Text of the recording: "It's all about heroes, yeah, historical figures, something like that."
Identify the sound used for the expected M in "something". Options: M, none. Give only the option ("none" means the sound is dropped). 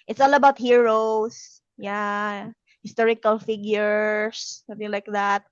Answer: none